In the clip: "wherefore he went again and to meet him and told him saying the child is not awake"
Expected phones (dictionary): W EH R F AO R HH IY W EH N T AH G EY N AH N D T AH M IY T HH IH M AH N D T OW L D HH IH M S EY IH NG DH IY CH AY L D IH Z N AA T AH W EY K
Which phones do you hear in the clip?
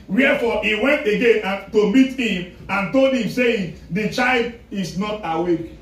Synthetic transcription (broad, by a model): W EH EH F AO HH IY W EH N T AH G EY N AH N T AH M IY T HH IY M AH N T OW L D HH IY M S EY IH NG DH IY CH AY L D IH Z N AA T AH W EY K